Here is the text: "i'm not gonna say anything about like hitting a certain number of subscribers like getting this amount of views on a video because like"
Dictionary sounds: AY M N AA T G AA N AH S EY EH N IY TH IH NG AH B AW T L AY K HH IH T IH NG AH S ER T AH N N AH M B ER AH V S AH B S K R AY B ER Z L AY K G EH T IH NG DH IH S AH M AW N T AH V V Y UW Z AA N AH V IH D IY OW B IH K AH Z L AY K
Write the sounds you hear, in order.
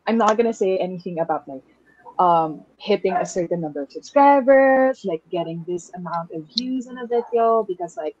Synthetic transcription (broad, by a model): AY M N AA T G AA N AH S EY EH N IY TH IH NG AH B AW T L AY K HH IH T IH NG AH S ER T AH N N AH M B ER AH V S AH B S K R AY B ER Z L AY K G EH T IH NG DH IH S AH M AW N T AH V V Y UW Z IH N AH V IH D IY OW B IH K AH Z L AY K